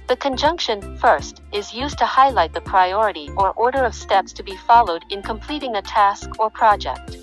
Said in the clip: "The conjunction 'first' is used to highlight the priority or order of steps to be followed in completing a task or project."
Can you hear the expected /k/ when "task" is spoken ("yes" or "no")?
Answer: yes